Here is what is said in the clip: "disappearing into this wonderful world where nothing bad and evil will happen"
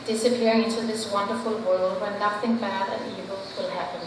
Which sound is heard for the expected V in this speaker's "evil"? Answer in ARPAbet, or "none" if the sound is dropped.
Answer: B